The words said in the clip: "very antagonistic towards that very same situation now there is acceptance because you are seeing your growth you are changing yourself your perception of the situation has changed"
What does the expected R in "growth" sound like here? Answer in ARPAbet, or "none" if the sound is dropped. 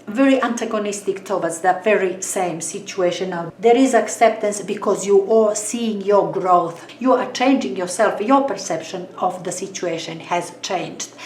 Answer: R